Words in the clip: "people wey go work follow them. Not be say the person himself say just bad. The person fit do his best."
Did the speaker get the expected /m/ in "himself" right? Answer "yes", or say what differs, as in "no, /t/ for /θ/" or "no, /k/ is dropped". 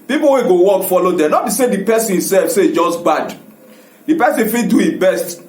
no, /m/ is dropped